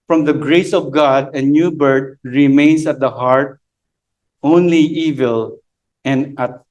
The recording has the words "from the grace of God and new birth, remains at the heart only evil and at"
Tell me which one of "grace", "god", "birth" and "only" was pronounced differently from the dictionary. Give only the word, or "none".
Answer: birth